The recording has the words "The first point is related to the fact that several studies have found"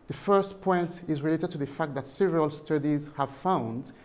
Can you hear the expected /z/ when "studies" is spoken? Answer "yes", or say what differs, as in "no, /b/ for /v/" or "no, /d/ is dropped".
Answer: yes